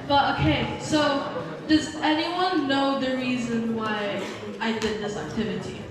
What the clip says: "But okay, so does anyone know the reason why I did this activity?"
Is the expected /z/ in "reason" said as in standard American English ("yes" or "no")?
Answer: yes